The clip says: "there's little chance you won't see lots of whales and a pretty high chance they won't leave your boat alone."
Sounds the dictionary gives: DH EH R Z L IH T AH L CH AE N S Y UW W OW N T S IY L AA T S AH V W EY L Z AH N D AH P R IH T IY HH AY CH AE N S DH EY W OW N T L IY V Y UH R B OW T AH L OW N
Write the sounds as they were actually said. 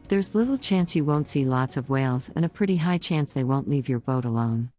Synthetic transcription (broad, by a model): DH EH R Z L IH T L CH AE N S Y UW W OW N T S IY L AA T S AH V W EY L Z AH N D AH P R IH T IY HH AY CH AE N S DH EY W OW N T L IY V Y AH R B OW T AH L OW N